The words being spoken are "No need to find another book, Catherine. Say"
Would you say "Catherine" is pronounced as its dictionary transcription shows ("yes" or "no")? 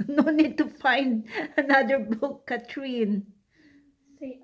no